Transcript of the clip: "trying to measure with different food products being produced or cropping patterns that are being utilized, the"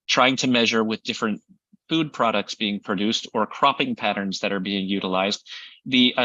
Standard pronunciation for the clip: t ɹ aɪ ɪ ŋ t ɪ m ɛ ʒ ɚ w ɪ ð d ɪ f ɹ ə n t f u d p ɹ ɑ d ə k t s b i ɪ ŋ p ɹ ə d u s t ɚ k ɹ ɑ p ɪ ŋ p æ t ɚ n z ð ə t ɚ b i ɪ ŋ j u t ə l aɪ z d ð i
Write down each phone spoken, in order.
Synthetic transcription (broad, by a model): t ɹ aɪ ɪ ŋ t ɪ m ɛ ʒ ɚ w ɪ ð d ɪ f ɹ ə n t f u d p ɹ ɑ d ə k t s b i ɪ ŋ p ɹ ə d u s t ɚ k ɹ ɑ p ɪ ŋ p æ t ɚ n z ð ə t ɚ b i ɪ ŋ j u t ə l aɪ z d ð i